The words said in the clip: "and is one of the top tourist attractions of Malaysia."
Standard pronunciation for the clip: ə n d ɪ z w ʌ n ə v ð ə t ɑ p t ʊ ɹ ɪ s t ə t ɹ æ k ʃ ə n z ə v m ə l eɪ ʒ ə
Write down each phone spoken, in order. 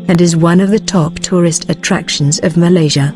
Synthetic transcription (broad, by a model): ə n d ɪ z w ʌ n ə v ð ə t ɑ p t ʊ ɹ ɪ s t ə t ɹ æ k ʃ ə n z ə v m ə l eɪ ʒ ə